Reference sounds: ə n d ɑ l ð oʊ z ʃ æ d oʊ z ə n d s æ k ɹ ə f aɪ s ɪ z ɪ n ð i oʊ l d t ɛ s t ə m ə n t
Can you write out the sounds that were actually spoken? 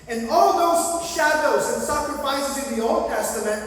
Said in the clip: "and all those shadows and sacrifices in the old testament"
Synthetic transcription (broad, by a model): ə n ɑ l ð oʊ z ʃ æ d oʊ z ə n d s æ k ɹ ə f aɪ s ɪ z ɪ n ð i oʊ l d t ɛ s t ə m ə n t